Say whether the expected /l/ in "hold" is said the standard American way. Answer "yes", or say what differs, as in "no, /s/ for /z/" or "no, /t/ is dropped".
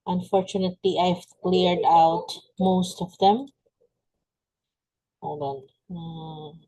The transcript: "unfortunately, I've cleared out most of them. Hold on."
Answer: no, /l/ is dropped